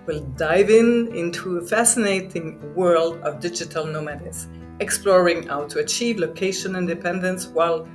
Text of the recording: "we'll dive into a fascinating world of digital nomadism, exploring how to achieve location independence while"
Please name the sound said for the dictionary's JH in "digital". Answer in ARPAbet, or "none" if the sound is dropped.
JH